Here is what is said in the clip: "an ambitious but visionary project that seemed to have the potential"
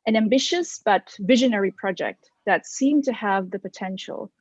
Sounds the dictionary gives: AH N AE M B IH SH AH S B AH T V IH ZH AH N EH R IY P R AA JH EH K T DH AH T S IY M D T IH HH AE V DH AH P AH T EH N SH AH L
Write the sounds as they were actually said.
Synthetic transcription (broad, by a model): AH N AE M B IH SH AH S B AH T V IH ZH AH N EH R IY P R AA JH EH K T DH AH T S IY M T IH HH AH V DH AH P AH T EH N SH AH L